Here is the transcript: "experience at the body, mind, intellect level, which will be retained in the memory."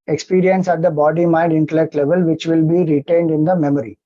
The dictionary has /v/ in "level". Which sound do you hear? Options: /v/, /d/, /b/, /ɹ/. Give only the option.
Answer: /v/